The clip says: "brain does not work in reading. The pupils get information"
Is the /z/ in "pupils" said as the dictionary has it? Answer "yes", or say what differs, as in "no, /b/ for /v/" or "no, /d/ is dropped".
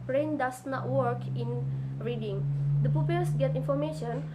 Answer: no, /s/ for /z/